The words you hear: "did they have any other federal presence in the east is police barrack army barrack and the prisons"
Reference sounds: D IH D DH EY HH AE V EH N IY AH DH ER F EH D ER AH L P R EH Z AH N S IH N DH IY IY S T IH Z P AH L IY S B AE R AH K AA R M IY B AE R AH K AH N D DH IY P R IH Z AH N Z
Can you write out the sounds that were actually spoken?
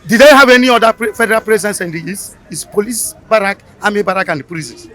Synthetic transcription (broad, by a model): D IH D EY HH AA V EH N IY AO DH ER F EH D ER AH L P R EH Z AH N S IH N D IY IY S IH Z P AH L IY S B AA R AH K AA M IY B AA R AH K AH N D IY P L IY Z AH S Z